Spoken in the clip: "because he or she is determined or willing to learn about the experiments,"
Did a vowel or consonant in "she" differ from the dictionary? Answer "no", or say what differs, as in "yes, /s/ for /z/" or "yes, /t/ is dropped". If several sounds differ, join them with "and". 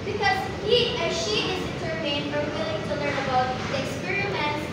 no